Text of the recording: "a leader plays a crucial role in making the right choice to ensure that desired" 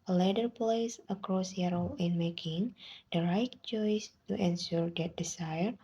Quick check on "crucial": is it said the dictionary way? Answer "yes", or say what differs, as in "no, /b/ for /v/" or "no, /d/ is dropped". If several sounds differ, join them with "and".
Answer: no, /s/ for /ʃ/